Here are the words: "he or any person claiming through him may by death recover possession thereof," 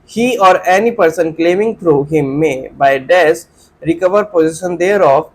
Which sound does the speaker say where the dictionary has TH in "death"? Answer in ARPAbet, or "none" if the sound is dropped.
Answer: S